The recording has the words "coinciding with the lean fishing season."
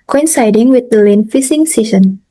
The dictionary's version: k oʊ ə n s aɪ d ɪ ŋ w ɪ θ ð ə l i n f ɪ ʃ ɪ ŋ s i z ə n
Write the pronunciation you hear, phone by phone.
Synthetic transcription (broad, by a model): k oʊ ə n s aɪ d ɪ ŋ w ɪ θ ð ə l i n f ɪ s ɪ ŋ s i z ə n